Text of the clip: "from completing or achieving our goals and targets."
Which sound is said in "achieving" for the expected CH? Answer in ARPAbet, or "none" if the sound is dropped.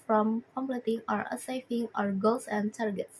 S